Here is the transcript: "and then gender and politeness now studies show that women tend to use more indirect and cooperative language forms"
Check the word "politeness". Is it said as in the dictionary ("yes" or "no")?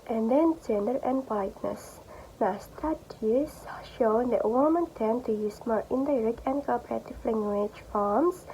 no